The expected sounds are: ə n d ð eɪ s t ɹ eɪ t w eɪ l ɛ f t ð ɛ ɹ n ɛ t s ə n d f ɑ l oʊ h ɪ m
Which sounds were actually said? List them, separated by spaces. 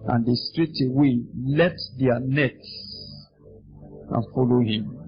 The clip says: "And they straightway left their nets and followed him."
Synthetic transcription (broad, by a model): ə n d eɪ s t ɹ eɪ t w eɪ l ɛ t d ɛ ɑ n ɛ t s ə n f ɑ l oʊ h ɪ m